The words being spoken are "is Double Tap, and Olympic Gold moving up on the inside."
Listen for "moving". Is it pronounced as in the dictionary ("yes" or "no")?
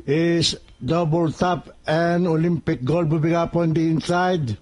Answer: no